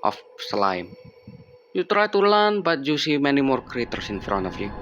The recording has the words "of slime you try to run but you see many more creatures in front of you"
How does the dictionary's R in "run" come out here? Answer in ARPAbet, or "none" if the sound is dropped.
L